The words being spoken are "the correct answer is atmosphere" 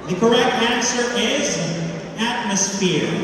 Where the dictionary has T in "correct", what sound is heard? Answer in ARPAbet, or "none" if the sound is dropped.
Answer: T